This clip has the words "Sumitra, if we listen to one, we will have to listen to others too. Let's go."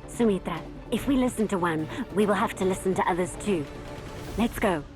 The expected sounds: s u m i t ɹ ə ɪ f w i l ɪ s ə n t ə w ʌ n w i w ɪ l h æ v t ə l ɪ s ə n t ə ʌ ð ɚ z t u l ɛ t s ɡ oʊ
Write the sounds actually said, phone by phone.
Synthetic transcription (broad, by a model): s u m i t ɹ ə ɪ f w i l ɪ s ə n t ə w ʌ n w i w ɪ l h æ f t ə l ɪ s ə n t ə ʌ ð ɚ z t u l ɛ t s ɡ oʊ